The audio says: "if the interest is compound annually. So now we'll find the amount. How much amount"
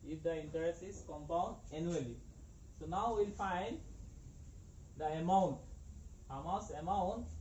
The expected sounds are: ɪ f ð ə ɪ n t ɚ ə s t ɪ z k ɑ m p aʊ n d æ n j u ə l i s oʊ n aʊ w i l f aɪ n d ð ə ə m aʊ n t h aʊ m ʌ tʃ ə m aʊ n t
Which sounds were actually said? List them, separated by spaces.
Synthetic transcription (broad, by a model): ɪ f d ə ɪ n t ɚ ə s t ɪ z k ɑ m p aʊ n d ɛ n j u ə l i s oʊ n aʊ w i l f aɪ n d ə ə m aʊ n t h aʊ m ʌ s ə m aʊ n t